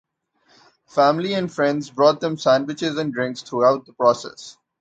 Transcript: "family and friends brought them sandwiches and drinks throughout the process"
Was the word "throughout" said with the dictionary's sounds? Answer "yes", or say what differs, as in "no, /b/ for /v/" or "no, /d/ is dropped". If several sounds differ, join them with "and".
no, /t/ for /θ/